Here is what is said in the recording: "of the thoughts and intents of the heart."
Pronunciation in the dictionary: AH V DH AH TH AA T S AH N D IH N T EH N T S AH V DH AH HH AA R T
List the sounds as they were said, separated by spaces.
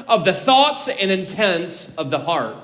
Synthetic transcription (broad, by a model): AH V DH AH TH AA T S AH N IH N T EH N T S AH V DH AH HH AA R T